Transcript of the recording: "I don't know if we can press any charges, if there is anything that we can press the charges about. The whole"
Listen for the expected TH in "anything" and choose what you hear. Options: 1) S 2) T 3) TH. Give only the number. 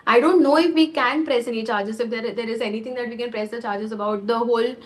2